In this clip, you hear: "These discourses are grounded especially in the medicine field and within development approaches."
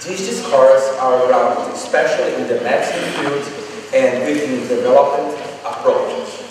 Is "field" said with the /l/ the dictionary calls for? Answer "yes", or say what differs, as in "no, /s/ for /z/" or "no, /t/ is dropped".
no, /l/ is dropped